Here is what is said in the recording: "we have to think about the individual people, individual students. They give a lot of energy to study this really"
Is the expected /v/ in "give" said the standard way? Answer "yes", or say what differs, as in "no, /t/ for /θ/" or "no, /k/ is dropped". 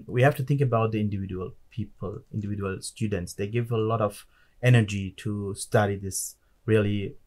yes